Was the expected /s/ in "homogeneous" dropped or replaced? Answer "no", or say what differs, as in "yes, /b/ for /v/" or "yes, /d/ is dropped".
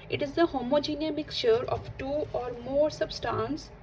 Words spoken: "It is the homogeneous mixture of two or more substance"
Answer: yes, /s/ is dropped